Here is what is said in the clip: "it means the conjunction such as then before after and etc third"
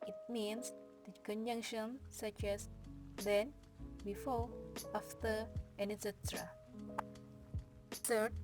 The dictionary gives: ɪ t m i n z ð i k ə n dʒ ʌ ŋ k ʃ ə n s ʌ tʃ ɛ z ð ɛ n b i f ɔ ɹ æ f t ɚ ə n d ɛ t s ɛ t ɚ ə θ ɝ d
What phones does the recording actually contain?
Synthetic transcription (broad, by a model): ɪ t m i n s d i k ə n dʒ ʌ ŋ k ʃ ə n s ʌ tʃ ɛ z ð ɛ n b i f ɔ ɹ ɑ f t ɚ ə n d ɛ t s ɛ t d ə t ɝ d